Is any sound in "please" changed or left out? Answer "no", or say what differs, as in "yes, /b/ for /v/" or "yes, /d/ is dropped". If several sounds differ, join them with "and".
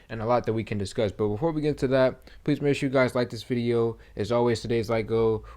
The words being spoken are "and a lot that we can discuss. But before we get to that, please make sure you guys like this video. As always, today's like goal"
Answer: no